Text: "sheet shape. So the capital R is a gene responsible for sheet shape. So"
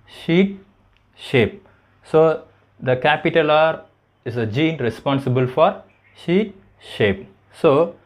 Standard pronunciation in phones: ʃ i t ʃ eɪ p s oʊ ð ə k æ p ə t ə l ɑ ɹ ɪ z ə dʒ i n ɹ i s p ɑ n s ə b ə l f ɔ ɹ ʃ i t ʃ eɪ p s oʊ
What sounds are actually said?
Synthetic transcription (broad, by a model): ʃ i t ʃ eɪ p s oʊ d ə k æ p ə t ə l ɑ ɹ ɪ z ə dʒ i n ɹ i s p ɑ n s ə b ə l f ɔ ɹ ʃ i t ʃ eɪ p s oʊ